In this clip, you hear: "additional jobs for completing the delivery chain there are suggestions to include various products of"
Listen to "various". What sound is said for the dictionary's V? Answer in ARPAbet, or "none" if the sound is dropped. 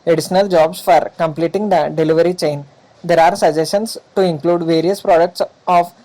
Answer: V